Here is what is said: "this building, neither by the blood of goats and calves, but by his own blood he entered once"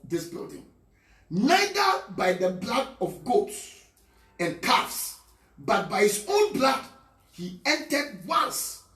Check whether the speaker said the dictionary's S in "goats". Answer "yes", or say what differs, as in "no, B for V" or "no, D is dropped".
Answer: yes